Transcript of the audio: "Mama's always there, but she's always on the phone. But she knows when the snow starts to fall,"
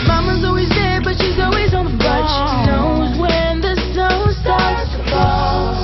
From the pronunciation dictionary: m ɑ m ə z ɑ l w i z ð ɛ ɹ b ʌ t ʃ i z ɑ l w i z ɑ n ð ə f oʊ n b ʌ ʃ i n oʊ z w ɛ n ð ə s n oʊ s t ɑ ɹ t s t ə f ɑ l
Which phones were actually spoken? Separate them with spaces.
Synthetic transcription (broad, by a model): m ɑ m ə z ɑ l w i z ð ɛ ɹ b ʌ t ʃ i z ɑ l w i z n ð ə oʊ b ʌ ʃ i n oʊ z w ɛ n ð ə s oʊ s t ɑ ɹ t s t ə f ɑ